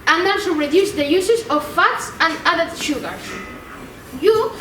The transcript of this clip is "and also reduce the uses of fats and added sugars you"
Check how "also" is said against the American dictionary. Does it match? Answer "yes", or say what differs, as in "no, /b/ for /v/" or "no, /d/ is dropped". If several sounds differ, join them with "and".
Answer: no, /l/ is dropped